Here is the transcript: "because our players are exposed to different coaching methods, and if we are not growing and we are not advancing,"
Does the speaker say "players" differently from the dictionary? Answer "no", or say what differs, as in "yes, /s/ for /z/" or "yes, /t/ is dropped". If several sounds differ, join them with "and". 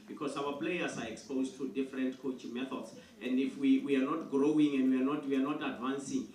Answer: yes, /s/ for /z/